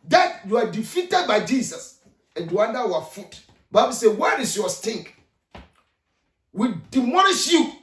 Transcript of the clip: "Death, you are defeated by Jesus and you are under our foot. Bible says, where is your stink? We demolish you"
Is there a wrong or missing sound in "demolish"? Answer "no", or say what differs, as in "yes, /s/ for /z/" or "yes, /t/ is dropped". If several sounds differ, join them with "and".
yes, /n/ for /l/